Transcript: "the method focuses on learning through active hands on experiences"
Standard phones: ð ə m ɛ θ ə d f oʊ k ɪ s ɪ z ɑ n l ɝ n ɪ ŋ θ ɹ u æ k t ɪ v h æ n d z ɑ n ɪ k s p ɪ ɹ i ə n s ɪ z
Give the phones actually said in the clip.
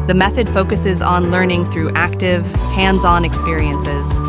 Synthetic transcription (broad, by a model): ð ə m ɛ θ ə d f oʊ k ɪ s ɪ z n l ɝ n ɪ ŋ θ ɹ u æ k t ɪ v h æ n d z ɑ n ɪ k s p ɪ ɹ i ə n s ɪ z